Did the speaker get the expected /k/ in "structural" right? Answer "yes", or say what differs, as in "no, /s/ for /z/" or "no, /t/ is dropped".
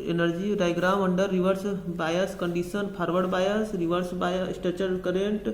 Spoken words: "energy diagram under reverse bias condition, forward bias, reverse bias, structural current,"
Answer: no, /k/ is dropped